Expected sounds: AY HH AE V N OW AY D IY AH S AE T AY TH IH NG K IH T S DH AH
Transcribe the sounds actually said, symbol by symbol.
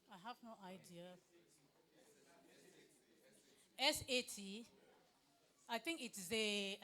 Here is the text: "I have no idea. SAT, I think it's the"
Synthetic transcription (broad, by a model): AY HH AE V N OW AY D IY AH S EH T AY T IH NG K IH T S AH